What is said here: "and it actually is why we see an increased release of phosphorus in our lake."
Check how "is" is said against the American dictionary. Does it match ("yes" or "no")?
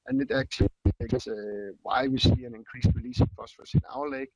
no